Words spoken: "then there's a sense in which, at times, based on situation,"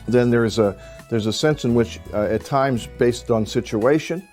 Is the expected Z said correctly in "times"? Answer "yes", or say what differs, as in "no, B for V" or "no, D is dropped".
yes